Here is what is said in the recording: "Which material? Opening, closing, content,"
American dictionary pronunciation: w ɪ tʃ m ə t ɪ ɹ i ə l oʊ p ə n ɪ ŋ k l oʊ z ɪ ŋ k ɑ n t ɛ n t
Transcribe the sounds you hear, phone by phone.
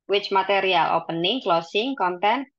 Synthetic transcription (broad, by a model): w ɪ tʃ m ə t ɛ ɹ i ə l oʊ p ə n ɪ ŋ k l oʊ s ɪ ŋ k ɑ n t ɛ n